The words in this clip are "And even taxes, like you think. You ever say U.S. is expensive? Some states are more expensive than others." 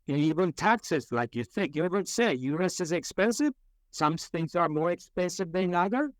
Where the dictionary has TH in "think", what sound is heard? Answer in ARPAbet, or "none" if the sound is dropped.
TH